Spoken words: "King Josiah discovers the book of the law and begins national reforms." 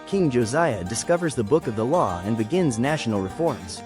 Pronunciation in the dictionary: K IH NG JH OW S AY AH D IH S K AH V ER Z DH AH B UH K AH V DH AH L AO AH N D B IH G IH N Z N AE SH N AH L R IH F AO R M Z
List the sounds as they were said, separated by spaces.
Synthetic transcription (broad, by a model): K IH NG JH OW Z AY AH D IH S K AH V ER Z DH AH B UH K AH V DH AH L AO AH N B IH G IH N Z N AE SH N L R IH F AO R M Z